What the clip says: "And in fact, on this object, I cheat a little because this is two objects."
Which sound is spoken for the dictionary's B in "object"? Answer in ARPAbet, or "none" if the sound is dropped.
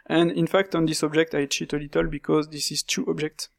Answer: B